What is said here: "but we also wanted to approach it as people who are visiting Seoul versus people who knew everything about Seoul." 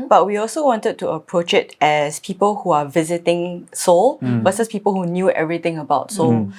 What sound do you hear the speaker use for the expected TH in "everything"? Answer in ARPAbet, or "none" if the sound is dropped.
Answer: T